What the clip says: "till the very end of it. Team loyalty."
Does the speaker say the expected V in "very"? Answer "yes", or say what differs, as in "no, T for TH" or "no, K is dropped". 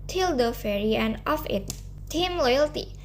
no, F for V